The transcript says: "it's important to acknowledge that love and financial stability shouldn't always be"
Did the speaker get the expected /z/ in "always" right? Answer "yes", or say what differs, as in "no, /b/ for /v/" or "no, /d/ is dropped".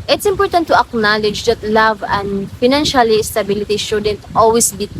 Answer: no, /s/ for /z/